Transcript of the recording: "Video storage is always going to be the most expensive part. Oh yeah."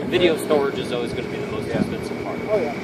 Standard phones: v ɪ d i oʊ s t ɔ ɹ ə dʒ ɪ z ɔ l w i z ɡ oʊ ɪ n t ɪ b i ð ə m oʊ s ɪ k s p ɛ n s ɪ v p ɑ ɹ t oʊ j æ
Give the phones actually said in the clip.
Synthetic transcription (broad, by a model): v ɪ d i oʊ s t ɔ ɹ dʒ ɪ z ɔ l w i z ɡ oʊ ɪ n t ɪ b i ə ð oʊ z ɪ s ɛ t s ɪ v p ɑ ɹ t